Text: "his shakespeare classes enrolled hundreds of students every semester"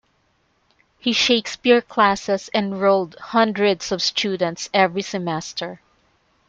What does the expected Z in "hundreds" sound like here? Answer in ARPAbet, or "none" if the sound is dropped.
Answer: S